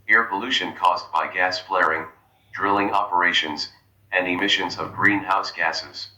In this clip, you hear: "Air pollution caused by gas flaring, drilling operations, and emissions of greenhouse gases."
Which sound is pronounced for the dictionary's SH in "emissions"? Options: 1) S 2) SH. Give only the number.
2